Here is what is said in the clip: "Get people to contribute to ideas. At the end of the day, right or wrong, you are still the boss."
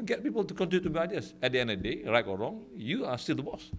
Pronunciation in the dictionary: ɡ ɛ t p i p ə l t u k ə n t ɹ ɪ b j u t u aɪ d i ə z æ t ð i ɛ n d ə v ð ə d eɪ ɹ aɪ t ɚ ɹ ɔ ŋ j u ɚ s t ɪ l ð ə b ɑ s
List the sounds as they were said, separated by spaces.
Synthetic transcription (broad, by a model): ɡ ɛ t p i p ə l t u k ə n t i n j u t u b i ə s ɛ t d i ɛ n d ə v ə d eɪ ɹ aɪ t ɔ ɹ ɔ ŋ j u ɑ s t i l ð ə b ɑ s